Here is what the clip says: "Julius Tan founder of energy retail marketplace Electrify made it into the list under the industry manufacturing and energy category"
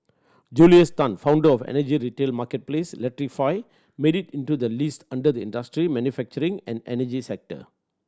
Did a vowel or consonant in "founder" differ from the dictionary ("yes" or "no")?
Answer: no